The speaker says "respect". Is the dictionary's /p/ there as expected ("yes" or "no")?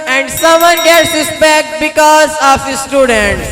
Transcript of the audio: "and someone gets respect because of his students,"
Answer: no